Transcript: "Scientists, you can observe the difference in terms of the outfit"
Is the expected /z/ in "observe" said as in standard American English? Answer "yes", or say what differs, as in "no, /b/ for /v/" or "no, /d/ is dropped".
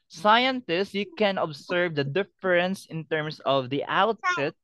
no, /s/ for /z/